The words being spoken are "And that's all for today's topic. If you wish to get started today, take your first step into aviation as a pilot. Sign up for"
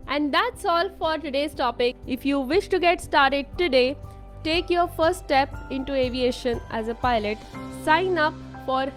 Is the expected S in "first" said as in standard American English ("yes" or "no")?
no